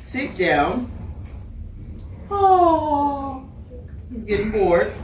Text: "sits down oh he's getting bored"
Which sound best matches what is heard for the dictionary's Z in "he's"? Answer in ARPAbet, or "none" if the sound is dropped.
Z